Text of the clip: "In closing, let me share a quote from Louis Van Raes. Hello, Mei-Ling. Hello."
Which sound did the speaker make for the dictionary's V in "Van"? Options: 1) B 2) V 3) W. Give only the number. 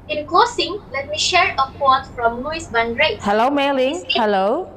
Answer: 1